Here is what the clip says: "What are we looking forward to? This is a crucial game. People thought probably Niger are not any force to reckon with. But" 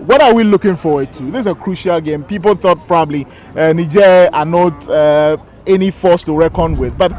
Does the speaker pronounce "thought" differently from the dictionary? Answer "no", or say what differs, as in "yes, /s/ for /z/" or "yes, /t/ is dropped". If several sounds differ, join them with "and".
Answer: no